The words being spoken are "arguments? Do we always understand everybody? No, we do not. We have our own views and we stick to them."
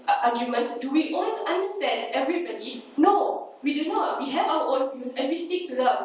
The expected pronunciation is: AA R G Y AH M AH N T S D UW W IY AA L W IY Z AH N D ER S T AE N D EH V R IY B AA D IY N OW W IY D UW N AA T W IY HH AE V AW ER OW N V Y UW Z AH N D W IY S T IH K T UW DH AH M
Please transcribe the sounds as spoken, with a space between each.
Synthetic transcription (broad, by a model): AA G Y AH M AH N T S D UW W IY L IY S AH N D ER S T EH N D EH V R IY B AA D IY N OW W IY D UW N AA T W IY HH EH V AW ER OW N F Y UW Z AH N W IY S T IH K T UW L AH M